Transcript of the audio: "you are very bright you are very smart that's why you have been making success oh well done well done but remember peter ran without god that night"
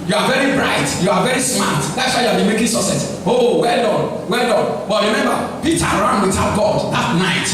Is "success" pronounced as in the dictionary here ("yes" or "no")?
no